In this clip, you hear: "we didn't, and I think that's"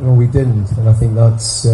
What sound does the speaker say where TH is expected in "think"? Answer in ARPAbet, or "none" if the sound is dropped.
TH